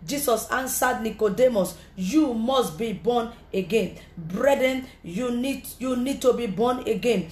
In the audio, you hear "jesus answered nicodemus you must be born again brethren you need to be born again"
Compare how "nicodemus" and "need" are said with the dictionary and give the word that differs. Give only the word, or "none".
none